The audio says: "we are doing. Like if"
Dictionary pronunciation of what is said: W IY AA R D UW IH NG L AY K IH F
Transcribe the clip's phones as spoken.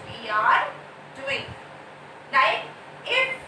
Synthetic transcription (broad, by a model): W IY AA R D UW IH NG N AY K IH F